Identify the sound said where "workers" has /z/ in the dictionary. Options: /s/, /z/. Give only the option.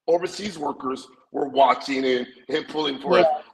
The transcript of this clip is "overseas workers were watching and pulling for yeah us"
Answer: /z/